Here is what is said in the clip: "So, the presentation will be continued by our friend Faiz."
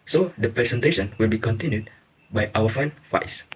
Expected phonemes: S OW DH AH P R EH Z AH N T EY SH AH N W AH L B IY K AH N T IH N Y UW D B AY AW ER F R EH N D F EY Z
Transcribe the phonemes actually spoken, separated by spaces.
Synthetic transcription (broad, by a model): S OW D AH P R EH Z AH N T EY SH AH N W AH L B IY K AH N T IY N Y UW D B AY AW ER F EH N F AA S